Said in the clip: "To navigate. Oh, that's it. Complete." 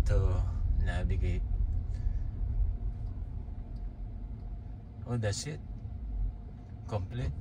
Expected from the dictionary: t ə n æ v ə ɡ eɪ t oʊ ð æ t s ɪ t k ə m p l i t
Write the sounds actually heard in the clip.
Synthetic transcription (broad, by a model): t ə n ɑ b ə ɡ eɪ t oʊ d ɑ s ɪ t k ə m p l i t